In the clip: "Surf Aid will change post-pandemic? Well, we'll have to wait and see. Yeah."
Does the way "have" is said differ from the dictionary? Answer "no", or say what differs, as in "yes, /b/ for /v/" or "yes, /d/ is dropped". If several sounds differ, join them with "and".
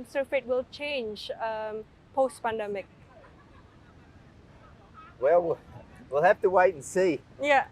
yes, /f/ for /v/